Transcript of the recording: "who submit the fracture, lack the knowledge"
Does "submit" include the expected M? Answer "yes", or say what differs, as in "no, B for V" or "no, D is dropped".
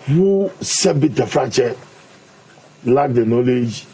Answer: no, M is dropped